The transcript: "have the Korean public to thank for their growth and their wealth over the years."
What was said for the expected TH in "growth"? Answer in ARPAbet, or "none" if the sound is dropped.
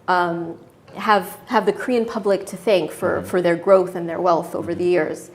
TH